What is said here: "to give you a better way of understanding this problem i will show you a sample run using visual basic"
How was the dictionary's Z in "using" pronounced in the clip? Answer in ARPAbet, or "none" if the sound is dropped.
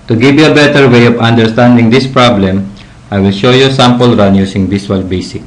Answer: S